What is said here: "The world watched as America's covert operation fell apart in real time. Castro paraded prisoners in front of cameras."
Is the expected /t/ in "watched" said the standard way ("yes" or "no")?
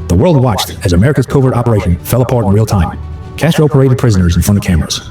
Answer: yes